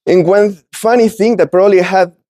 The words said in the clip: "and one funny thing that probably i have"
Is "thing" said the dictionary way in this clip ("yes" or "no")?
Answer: yes